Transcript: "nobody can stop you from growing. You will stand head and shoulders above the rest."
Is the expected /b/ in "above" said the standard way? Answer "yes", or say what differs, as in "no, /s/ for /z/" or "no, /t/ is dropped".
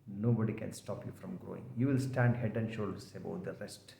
no, /b/ is dropped